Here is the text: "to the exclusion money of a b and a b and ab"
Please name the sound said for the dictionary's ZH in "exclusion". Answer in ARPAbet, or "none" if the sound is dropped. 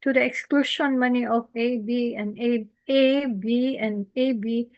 SH